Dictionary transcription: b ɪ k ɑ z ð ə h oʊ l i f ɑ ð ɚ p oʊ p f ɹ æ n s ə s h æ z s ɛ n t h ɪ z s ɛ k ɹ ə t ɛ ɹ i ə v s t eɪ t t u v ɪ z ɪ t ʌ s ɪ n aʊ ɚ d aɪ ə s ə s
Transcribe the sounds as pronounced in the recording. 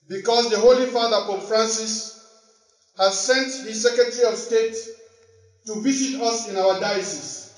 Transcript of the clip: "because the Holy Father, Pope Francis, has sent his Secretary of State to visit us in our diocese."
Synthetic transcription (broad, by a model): b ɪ k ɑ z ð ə h oʊ l i f ɑ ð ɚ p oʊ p f ɹ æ n s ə s h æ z s ɛ n t h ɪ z s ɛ k ɹ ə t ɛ ɹ i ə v s t eɪ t t u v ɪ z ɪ t ʌ s ɪ n aʊ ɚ d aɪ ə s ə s